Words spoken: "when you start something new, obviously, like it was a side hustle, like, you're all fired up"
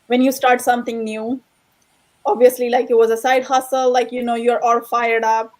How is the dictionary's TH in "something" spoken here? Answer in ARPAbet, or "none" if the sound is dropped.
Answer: T